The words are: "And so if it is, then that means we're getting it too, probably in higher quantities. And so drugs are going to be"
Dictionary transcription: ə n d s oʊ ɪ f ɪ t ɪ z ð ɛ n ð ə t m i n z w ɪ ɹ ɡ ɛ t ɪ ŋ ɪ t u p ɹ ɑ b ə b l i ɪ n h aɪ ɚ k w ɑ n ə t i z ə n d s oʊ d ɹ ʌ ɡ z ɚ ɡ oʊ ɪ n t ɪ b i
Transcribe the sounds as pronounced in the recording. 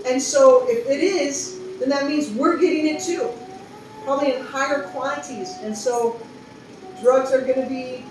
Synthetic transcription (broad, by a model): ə n s oʊ ɪ f ɪ t ɪ z ð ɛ n ð ə t m i n z w ɪ ɹ ɡ ɛ t ɪ ŋ ɪ t u p ɹ ɑ b ə b l i ɪ n h aɪ ɚ k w ɑ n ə t i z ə n s oʊ d ɹ ʌ ɡ z ɚ ɡ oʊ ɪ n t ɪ b i